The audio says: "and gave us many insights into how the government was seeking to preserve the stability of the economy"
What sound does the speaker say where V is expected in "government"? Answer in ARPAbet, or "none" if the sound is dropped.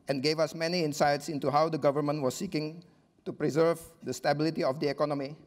V